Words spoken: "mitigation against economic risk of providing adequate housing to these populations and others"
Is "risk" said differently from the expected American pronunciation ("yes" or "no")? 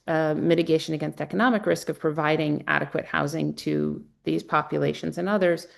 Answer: no